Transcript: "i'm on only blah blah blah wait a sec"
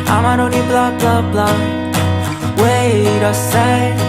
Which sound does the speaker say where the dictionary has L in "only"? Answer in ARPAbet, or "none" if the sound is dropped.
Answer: none